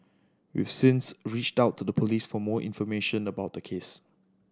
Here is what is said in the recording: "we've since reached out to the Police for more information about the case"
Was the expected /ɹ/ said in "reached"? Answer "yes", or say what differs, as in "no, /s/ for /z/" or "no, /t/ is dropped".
yes